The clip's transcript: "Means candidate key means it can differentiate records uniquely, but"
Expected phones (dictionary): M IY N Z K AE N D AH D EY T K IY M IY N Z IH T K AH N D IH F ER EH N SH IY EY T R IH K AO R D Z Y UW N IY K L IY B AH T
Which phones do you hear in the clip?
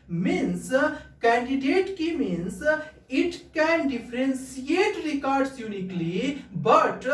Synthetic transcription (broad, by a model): M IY N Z K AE N D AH D EY T K IY M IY N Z IH T K AH N D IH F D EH N S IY EY T R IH K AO R D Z Y UW N IY K L IY B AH T